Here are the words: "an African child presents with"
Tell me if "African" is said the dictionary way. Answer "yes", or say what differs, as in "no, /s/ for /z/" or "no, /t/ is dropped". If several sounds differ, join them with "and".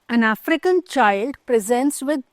yes